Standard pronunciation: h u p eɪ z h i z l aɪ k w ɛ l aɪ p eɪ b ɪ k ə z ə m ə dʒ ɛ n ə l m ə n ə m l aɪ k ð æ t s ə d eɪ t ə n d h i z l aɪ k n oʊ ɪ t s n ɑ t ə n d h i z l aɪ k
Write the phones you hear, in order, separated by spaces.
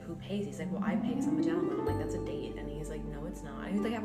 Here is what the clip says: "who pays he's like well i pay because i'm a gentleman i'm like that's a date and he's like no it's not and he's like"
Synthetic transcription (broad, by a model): h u p eɪ z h i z l aɪ k w ɛ l aɪ p eɪ ɪ ə s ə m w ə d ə ə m l aɪ k ð æ t s ə d eɪ t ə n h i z l aɪ k n oʊ ɪ t s n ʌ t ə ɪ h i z l aɪ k